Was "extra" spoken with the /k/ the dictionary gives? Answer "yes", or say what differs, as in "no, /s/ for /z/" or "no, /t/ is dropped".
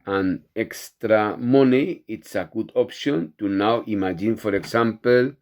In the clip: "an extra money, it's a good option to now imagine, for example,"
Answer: yes